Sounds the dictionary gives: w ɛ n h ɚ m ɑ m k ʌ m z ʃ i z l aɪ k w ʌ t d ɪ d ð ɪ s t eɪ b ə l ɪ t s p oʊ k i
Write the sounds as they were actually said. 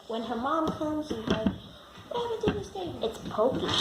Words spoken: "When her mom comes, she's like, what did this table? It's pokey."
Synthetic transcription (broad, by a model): w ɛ n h ɚ m ɑ m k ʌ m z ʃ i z l aɪ k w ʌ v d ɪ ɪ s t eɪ ə ɪ t s p oʊ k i